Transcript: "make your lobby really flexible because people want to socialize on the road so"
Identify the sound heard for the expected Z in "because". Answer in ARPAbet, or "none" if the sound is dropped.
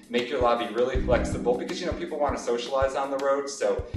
Z